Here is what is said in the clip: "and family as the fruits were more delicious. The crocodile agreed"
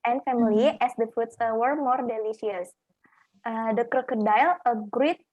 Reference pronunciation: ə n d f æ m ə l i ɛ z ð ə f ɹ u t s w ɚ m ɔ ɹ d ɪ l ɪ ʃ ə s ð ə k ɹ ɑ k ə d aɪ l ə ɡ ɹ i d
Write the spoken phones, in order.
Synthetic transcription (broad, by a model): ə n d f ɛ m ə l i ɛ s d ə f u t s w ɚ m ɔ ɹ d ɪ l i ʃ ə s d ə k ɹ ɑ k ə d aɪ l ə ɡ ɹ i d